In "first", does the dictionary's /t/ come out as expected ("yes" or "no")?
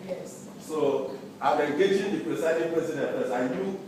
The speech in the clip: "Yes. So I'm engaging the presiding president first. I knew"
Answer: no